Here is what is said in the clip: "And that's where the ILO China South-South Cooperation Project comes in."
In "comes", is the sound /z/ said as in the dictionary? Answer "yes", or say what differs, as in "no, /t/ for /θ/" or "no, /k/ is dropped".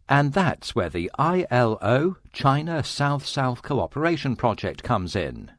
yes